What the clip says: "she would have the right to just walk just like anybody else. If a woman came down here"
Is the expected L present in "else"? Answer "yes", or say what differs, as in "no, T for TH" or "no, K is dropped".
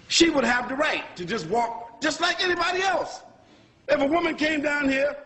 yes